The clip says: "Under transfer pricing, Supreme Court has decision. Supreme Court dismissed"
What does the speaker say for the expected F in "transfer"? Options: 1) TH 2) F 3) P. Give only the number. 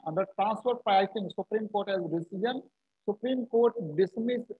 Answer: 3